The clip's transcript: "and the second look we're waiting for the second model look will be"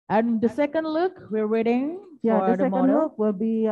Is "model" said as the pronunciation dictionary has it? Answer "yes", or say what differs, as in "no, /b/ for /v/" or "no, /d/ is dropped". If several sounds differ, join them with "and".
no, /n/ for /l/